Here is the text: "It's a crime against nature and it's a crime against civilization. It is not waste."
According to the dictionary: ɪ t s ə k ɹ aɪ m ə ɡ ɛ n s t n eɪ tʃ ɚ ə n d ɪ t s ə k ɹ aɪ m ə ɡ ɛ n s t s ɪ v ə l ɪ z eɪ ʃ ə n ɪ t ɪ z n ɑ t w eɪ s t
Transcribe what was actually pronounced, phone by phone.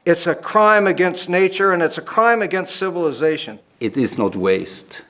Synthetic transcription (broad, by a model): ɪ t s ə k ɹ aɪ m ə ɡ ɛ n s t n eɪ tʃ ɚ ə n ɪ t s ə k ɹ aɪ m ə ɡ ɛ n s t s ɪ v ə l ɪ z eɪ ʃ ə n ɪ t ɪ z n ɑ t w eɪ s t